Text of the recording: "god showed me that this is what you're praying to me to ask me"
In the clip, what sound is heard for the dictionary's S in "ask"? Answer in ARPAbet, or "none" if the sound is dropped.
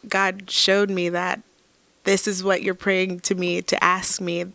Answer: S